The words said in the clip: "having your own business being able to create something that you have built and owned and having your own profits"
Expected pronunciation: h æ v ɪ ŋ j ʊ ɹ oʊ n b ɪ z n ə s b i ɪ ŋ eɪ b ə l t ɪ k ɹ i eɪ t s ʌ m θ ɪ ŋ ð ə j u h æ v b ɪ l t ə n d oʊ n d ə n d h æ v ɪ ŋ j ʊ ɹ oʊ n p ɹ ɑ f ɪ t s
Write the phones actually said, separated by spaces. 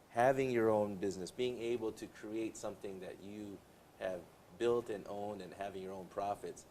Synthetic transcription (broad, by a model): h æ v ɪ ŋ j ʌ ɹ oʊ n b ɪ z n ə s b i ɪ ŋ eɪ b l t ɪ k ɹ i eɪ t s ʌ m θ ɪ ŋ ð ə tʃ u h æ v b ɪ l t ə n oʊ n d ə n h æ v ɪ ŋ j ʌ ɹ oʊ n p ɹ ɑ f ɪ t s